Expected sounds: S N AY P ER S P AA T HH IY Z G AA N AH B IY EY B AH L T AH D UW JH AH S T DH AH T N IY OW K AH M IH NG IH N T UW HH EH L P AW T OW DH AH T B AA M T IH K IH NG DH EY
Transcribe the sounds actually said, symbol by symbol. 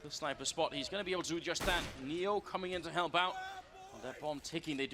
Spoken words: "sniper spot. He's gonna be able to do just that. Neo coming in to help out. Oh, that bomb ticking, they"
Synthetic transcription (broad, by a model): S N AY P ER S P AA T HH IY Z G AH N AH B IY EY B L T AH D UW JH AH S DH AH T N IY OW K AH M IH NG IH N T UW HH EH L B AW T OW DH AH T B AA M T IH K IH NG DH EY